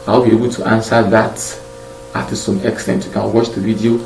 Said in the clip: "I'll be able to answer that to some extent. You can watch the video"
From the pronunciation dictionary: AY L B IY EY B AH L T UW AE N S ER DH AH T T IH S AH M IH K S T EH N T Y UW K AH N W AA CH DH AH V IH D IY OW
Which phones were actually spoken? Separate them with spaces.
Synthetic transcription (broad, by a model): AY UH B IY EY B AH L T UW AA N S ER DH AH T T IH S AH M IH K S T EH N T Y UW K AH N W AA CH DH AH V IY D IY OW